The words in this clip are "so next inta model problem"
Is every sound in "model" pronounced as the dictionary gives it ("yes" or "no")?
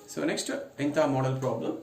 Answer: yes